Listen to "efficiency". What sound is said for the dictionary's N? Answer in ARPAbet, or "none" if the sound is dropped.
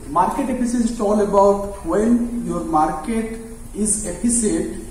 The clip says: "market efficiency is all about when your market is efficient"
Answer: none